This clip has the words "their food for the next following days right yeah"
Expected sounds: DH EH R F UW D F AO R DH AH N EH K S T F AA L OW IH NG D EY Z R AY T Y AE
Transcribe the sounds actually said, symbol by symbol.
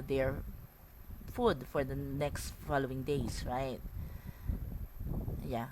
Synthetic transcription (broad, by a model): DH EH R F UW D F AO R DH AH N EH K S T F AA L OW IH NG D EY S R AY T Y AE